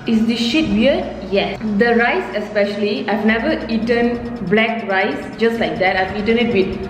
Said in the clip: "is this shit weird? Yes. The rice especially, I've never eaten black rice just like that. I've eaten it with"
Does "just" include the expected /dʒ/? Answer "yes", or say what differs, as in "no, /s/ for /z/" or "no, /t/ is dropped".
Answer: yes